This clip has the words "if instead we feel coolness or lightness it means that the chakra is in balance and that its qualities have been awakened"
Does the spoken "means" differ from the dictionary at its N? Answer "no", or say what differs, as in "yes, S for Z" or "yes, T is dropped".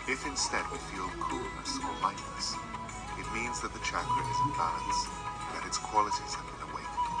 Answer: no